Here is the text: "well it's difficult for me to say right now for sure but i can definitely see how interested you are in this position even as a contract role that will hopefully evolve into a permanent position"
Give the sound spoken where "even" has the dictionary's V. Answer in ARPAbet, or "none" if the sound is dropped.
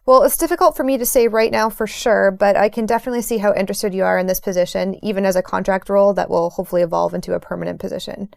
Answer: V